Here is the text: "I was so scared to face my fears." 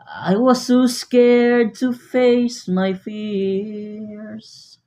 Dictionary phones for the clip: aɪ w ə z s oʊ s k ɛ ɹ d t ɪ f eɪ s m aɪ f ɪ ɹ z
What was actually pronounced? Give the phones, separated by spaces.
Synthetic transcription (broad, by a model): aɪ w ə z s oʊ s k ɛ ɹ d t ɪ f eɪ s m aɪ f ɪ ɹ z